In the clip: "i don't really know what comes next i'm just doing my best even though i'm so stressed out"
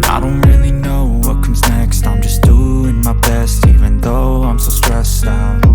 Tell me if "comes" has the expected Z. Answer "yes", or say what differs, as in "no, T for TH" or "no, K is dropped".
yes